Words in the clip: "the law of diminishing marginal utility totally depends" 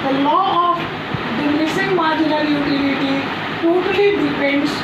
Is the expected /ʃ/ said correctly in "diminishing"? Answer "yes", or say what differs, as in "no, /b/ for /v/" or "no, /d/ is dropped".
no, /s/ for /ʃ/